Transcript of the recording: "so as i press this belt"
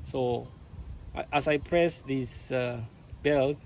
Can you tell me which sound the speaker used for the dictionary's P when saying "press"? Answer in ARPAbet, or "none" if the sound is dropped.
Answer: P